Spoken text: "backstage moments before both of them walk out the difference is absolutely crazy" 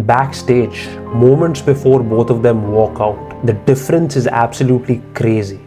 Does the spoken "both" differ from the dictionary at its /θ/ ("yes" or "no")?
yes